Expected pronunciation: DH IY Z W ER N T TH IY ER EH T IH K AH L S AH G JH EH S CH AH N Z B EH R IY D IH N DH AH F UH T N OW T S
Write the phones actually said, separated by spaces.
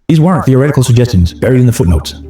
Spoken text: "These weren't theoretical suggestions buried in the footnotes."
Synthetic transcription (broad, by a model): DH IY Z W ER N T TH IY ER EH T IH K AH L S AH G JH EH S CH AH N Z B EH R IY D IH N DH AH F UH T N OW T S